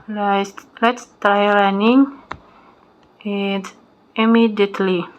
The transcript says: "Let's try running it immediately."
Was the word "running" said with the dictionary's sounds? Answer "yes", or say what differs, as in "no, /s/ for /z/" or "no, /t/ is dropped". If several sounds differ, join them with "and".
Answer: no, /l/ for /ɹ/